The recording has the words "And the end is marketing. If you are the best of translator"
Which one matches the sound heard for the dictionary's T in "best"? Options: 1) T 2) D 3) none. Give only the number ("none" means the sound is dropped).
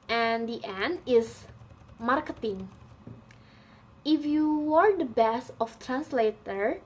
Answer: 3